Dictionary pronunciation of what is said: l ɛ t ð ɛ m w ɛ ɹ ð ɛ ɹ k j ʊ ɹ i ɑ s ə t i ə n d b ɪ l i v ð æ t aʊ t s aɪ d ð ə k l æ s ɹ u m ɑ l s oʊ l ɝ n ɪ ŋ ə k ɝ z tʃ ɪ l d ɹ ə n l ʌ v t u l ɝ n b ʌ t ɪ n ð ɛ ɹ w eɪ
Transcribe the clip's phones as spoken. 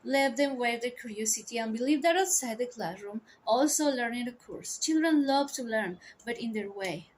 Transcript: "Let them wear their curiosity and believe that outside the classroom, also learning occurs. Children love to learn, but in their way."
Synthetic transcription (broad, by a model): l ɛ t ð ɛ m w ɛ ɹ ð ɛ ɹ k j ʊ ɹ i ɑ s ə t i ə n b ɪ l i v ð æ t aʊ t s aɪ d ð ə k l æ s ɹ u m ɑ l s oʊ l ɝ n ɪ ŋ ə k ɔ s tʃ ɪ l d ɹ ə n l ʌ v t u l ɝ n b ʌ t ɪ n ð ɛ ɹ w eɪ